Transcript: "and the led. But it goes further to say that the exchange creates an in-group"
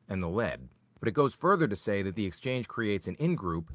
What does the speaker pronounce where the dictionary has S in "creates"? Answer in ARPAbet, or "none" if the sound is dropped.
S